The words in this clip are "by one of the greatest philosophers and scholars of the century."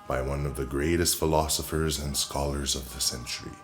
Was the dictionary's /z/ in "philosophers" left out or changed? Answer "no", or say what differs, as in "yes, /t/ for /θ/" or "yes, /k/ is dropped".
no